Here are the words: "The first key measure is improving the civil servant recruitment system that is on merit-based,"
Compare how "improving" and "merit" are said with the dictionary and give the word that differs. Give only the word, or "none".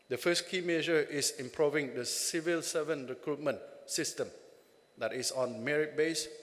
none